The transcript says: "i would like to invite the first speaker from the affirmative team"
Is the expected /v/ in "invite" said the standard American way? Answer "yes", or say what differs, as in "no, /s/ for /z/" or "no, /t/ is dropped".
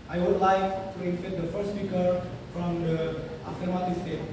no, /f/ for /v/